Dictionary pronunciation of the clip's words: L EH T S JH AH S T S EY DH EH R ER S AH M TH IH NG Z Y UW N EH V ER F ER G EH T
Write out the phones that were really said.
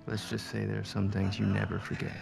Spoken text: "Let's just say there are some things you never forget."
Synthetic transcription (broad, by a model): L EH T S JH AH S T S EY DH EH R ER S AH M TH IH NG Z Y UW N EH V ER F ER G EH T